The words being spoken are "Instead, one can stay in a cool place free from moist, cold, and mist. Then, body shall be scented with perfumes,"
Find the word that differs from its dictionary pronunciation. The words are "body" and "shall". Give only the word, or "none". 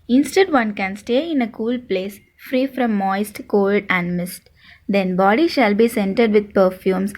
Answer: none